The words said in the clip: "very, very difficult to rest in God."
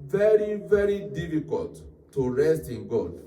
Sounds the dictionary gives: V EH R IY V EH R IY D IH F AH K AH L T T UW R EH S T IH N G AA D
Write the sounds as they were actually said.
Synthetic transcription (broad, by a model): V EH R IY V EH R IY D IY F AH K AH L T T UW R EH S T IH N G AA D